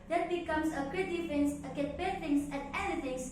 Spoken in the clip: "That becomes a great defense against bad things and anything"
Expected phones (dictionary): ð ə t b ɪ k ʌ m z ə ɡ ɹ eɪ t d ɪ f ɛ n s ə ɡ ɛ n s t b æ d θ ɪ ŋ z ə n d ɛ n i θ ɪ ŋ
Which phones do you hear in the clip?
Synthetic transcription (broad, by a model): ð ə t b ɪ k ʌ m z ə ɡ eɪ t d ɪ f ɛ n s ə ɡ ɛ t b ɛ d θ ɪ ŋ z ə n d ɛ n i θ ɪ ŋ